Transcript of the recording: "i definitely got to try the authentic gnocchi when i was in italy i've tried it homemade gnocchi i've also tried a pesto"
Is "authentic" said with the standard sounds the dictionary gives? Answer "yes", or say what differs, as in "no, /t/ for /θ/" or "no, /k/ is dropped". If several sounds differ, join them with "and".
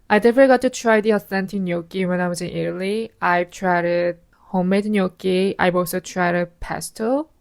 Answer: no, /s/ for /θ/